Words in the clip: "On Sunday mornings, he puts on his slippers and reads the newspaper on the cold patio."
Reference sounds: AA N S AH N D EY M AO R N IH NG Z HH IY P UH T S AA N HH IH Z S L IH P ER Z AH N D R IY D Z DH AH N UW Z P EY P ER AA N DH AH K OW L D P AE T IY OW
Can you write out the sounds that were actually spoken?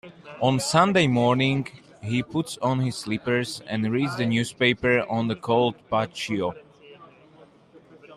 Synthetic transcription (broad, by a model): AA N S AH N D EY M AO R N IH NG HH IY P UH T S AA N HH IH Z S L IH P ER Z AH N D R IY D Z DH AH N UW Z P EY P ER AA N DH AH K OW L D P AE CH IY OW